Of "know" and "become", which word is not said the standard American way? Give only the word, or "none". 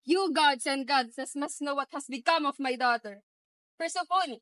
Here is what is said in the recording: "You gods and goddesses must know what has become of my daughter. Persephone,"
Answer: none